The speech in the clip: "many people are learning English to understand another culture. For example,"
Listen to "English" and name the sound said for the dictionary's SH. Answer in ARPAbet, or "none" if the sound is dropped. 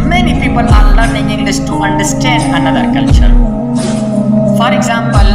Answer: S